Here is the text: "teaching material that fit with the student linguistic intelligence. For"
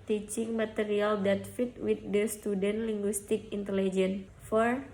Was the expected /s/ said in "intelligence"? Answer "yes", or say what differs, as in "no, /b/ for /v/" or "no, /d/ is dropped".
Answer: no, /s/ is dropped